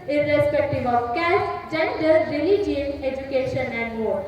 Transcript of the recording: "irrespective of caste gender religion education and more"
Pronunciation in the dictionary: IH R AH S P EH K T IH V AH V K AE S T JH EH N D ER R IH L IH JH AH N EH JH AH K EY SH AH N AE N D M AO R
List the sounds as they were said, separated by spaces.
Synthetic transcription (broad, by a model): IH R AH S P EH K T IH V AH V K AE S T JH EH N D ER R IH L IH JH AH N EH JH AH K EY SH AH N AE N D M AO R